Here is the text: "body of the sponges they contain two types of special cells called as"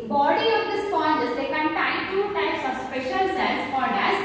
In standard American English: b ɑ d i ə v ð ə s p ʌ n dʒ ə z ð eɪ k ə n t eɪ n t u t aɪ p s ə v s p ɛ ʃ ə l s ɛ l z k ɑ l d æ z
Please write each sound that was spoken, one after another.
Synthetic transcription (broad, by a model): b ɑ d i ə v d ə s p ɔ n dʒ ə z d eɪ k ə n t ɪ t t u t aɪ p s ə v s p ɛ ʃ ə l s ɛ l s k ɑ d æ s